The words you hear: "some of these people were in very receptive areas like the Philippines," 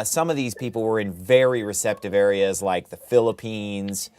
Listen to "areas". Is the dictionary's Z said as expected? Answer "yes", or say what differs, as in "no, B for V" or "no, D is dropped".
yes